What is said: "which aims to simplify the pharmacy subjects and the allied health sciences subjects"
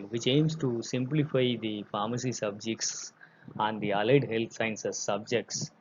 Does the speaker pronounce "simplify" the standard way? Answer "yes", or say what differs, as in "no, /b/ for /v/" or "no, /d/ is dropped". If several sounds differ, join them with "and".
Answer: yes